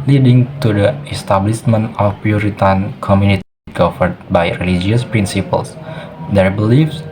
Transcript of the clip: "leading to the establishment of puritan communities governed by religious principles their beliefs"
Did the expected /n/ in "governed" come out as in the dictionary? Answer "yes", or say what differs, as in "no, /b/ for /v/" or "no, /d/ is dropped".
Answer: no, /n/ is dropped